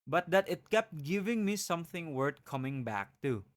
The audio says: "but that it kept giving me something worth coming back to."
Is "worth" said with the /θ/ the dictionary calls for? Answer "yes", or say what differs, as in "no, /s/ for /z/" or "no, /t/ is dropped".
no, /t/ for /θ/